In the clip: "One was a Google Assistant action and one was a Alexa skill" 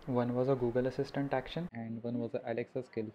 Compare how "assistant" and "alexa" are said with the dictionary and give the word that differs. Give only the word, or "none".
none